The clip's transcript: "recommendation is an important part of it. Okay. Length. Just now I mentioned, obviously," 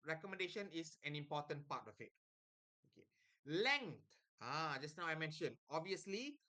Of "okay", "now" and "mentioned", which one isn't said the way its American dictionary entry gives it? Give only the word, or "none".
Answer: mentioned